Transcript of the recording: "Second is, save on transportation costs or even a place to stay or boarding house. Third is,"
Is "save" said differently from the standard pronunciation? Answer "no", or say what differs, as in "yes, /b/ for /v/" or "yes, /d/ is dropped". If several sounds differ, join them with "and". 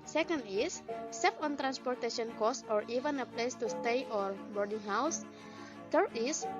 yes, /f/ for /v/